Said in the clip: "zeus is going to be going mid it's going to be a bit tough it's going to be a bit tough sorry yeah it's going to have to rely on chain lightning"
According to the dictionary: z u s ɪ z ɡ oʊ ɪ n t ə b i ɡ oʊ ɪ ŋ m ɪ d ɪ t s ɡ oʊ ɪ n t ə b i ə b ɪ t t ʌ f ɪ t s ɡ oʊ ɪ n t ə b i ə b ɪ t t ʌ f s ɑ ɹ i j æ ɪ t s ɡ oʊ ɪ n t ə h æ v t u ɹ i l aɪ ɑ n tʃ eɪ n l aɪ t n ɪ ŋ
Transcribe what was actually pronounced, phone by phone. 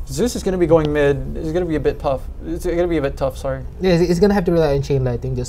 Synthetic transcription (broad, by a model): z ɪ s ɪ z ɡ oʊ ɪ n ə b i ɡ oʊ ɪ ŋ m ɪ d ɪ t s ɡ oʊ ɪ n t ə b i ə b ɪ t t ʌ f ɪ t s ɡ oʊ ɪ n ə b i ə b ɪ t t ʌ f s ɑ ɹ i j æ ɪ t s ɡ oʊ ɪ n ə h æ f t u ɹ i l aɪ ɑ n tʃ eɪ n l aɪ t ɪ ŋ